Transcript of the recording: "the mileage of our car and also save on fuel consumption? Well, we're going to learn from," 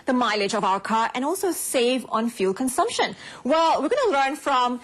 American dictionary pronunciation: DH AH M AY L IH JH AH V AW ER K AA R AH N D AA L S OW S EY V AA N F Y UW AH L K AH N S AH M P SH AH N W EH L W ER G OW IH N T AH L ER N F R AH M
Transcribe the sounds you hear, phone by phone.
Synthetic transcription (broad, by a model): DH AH M AY L IH JH AH V AW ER K AA R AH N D AA L S OW S EY V AA N F Y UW L K AH N S AH M P SH AH N W EH L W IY G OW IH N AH L ER N F R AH M